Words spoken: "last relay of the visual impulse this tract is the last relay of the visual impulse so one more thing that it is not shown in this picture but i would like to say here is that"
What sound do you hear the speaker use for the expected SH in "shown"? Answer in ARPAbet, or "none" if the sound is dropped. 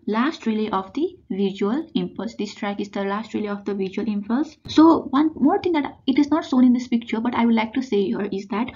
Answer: S